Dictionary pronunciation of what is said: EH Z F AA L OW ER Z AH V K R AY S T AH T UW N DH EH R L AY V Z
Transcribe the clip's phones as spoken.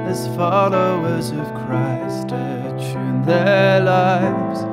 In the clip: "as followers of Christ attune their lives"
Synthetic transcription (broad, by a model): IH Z F AA L OW ER Z AH V K R AY S T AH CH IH N DH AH R L AY V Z